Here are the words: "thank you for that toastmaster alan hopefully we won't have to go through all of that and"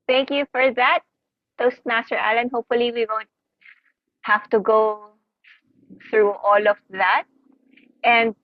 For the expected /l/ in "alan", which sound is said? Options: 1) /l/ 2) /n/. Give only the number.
1